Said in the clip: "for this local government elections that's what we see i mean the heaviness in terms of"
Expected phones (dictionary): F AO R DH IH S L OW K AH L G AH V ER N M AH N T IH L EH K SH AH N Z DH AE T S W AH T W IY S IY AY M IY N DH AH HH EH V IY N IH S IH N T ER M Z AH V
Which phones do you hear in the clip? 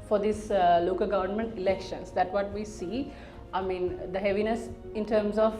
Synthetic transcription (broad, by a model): F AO R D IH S L OW K AH L G AH V ER N M AH N T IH L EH K SH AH N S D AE T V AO T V IY S IY AY M IY N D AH HH EH V IY N IH S IH N T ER M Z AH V